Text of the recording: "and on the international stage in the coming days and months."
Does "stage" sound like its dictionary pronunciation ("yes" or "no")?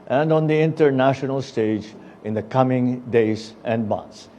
yes